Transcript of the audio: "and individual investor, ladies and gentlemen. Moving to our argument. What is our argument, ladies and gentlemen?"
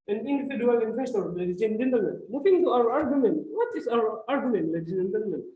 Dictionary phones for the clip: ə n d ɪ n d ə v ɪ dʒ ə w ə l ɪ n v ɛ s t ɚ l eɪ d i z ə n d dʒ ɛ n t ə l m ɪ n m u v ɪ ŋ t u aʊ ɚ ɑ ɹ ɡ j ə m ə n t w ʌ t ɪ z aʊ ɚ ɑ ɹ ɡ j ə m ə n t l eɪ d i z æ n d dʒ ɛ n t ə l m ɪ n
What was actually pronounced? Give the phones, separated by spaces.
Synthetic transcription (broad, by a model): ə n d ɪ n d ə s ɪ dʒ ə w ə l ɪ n f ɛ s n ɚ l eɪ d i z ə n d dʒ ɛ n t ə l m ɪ n m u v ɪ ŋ t u aʊ ɚ ɑ ɹ ɡ j ə m ə n t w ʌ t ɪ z aʊ ɚ ɑ ɹ ɡ j ə m ə n t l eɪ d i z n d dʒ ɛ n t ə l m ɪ n